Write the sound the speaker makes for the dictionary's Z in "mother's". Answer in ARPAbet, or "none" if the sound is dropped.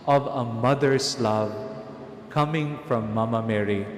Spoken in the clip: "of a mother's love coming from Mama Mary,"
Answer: S